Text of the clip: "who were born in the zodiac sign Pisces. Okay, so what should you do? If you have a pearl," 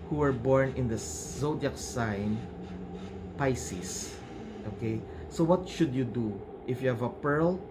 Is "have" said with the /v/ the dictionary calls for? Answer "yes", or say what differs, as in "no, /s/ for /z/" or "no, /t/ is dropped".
yes